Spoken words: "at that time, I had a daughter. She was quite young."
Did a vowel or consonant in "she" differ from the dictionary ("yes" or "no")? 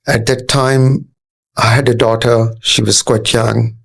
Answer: no